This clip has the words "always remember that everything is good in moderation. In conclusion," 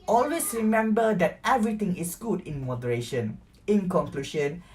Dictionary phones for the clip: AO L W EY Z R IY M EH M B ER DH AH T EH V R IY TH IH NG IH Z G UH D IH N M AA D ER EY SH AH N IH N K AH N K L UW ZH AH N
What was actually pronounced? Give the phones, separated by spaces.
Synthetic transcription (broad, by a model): AO L W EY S R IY M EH M B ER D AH T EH V R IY T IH NG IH S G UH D IH N M AA D ER EY SH AH N IH N K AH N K L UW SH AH N